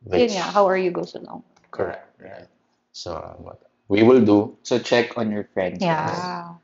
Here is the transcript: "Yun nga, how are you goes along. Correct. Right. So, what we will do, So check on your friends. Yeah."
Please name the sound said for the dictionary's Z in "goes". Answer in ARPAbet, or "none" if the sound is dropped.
S